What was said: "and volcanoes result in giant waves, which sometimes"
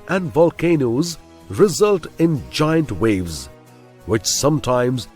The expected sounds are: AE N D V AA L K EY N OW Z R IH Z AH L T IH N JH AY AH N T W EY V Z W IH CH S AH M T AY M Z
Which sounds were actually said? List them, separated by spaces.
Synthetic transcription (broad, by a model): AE N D V AA L K EY N OW Z R IH Z AH L T IH N JH AY AH N T W EY V Z W IH CH S AH M T AY M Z